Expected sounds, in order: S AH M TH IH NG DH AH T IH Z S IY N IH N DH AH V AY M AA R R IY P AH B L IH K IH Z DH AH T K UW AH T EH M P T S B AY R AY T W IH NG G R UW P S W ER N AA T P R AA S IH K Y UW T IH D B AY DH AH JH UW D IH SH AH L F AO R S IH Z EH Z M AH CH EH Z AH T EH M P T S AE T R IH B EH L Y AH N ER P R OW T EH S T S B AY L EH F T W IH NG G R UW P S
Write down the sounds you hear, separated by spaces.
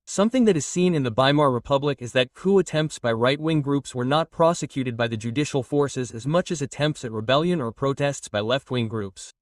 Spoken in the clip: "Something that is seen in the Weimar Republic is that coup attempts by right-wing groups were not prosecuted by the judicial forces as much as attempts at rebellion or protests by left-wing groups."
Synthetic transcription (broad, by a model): S AH M TH IH NG DH AH T IH Z S IY N IH N DH AH B AY M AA R R IY P AH B L IH K IH Z DH AH T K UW AH T EH M P T S B AY R AY T W IH NG G R UW P S W ER N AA T P R AA S IH K Y UW T IH D B AY DH AH JH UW D IH SH L F AO R S IH Z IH Z M AH CH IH Z AH T EH M P T S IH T R IH B EH L Y AH N ER P R OW T EH S T S B AY L EH F T W IH NG G R UW P S